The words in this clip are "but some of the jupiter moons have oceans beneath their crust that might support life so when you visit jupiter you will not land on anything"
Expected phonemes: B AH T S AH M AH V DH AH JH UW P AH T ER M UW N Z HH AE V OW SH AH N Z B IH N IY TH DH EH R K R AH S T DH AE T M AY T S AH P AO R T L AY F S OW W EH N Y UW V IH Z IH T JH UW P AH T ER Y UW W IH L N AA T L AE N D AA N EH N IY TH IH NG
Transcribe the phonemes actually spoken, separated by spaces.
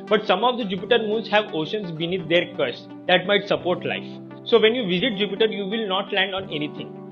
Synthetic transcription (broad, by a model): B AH T S AH M AH V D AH JH UW P AH T ER M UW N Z HH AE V OW SH AH N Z B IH N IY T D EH R K AH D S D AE T M AY T S AH P AO R T L AY F S OW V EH N Y UW V IH Z IH T JH UW P AH T ER Y UW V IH L N AA T L AE N D AA N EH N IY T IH NG